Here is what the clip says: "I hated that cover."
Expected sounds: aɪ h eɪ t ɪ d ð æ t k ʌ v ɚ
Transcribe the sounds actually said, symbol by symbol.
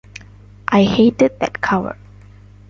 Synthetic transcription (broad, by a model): aɪ h eɪ t ɪ d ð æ t k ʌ w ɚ